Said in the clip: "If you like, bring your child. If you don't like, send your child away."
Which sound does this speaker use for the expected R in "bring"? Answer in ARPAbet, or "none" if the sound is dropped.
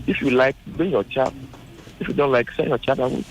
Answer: none